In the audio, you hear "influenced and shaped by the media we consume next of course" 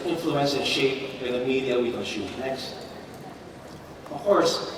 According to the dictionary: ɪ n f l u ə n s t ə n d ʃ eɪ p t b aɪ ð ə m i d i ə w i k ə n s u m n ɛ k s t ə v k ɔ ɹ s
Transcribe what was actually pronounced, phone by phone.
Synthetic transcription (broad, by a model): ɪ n f l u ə n s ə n ʃ eɪ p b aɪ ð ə m i d i ə w i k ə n ʃ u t n ɛ k s t ə v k ɔ ɹ s